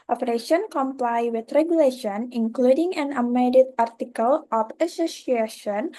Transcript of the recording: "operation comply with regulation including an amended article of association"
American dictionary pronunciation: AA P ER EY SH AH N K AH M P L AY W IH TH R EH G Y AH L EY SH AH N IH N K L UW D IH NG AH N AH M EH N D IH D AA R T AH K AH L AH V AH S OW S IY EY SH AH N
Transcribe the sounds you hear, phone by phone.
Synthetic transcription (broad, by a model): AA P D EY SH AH N K AH M P L AY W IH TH R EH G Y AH L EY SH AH N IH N K L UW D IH NG AH N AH M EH D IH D AA R T AH K AH L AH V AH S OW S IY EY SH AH N